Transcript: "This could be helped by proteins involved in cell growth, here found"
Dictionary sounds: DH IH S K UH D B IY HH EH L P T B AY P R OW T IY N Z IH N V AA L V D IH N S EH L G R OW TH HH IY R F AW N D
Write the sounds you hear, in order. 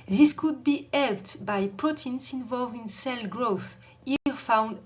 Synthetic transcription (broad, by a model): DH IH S K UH D B IY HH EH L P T B AY P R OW T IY N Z IH N V AA L V D IH N S EH L G R OW TH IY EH F AW N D